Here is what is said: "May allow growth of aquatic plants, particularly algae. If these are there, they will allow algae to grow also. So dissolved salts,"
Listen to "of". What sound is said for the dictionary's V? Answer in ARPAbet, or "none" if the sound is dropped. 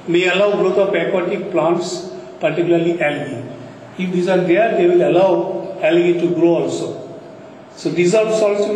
P